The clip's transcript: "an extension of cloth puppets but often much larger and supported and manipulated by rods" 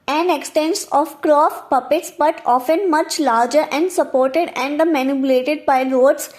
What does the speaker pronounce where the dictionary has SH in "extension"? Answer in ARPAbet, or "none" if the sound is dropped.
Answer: S